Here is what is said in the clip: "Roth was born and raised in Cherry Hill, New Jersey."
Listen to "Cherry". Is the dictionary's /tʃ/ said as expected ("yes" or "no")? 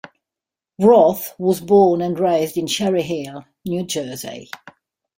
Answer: no